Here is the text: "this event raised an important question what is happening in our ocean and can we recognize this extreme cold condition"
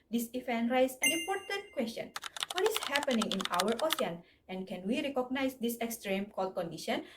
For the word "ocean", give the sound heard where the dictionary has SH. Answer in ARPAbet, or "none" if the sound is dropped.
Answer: S